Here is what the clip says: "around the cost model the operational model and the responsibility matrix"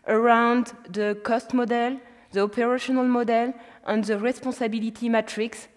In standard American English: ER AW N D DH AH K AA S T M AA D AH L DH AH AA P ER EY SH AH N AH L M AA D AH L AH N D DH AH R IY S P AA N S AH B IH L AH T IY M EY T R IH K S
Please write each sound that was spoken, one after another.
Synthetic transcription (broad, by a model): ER AW N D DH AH K AA S T M AA D AH L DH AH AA P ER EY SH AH N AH L M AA D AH L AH N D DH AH R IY S P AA S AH B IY L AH T IY M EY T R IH K S